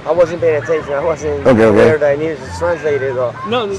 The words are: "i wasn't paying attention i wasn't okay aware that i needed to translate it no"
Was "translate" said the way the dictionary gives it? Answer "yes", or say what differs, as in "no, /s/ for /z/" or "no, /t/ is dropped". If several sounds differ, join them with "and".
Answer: yes